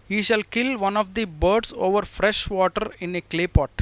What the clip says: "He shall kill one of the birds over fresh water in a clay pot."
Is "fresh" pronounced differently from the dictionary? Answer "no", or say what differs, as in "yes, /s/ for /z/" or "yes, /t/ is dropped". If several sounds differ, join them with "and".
no